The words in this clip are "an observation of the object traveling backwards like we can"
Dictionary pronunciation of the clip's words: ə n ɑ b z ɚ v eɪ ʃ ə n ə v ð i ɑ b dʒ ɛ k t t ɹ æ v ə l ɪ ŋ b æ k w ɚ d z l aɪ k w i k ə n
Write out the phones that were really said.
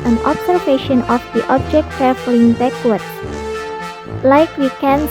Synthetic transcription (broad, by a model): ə n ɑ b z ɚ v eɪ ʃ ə n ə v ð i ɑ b dʒ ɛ k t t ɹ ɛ f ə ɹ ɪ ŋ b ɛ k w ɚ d l aɪ k w i k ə n